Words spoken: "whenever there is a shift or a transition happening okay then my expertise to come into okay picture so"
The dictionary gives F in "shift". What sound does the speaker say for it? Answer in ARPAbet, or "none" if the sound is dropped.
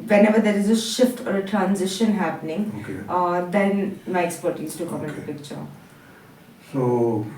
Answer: F